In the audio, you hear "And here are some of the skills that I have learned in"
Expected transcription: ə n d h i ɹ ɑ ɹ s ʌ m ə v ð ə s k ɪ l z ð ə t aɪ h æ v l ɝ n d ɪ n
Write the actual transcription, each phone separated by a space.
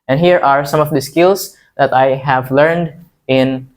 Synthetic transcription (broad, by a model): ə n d h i ɹ ɑ ɹ s ʌ m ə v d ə s k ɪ l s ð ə t aɪ h æ v l ɝ n d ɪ n